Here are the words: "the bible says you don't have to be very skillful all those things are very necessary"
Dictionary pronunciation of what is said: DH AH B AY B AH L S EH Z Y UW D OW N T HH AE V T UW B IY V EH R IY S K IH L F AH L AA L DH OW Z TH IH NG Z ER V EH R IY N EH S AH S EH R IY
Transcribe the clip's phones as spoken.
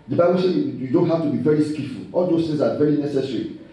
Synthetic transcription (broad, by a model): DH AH B AY B AH L S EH Y UW D OW N T HH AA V T UW B IY V EH R IY S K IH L F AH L AA L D OW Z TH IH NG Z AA V EH R IY N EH S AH S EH R IY